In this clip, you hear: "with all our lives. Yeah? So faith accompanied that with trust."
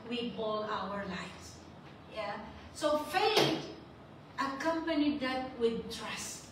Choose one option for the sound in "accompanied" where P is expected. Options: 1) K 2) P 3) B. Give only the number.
2